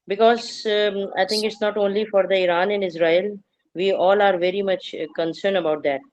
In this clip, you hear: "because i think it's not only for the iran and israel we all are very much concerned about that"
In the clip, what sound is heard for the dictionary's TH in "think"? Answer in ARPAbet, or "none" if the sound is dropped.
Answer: T